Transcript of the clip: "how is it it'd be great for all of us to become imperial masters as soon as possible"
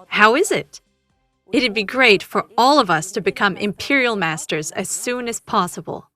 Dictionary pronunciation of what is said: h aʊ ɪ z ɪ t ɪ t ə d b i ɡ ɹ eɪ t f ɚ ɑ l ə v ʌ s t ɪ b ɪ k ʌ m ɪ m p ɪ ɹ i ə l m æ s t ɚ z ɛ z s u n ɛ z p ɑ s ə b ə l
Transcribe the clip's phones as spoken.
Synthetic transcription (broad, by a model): h aʊ ɪ z ɪ t ɪ t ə d b i ɡ ɹ eɪ t f ɚ ɑ l ə v ʌ s t ɪ b ɪ k ʌ m ɪ m p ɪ ɹ i l m æ s t ɚ z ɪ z s u n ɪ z p ɑ s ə b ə l